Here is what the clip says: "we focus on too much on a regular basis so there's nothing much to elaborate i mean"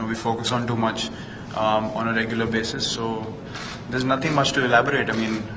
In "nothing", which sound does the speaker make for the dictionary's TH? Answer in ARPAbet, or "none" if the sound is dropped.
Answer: T